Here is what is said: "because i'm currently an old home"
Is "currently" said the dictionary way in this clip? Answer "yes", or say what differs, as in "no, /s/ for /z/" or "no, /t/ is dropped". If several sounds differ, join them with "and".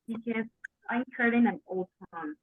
no, /l/ is dropped